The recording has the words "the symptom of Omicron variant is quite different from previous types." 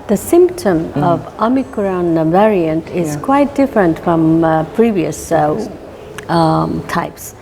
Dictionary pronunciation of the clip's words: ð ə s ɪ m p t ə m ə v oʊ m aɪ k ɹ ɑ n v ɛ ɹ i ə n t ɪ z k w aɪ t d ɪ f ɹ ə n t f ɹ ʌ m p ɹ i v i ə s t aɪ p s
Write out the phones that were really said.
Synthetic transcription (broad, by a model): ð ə s ɪ m p t ə m ə v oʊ m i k ɹ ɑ n v ɛ ɹ i ə n t ɪ z k w aɪ t d ɪ f ɹ ə n t f ɹ ʌ m p ɹ i v i ə s t aɪ p s